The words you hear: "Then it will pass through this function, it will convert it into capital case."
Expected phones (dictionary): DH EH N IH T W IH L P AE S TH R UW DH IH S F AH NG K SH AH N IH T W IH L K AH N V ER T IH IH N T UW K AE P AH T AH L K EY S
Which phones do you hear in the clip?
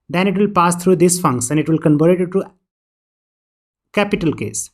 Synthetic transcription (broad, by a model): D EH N IH T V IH L P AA S T R UW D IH S F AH NG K S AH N IH T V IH L K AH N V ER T IH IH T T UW K AE P AH T AH L K EY S